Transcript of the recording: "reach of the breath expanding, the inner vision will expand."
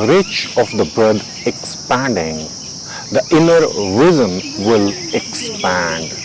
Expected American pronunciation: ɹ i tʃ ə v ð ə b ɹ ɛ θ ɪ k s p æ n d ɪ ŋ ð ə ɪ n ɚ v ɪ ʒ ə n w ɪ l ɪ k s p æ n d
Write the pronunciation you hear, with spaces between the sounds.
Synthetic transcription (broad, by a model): ɹ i tʃ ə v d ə b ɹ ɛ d ɪ k s p æ n d ɪ ŋ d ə ɪ n ɚ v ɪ z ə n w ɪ l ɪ k s p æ n d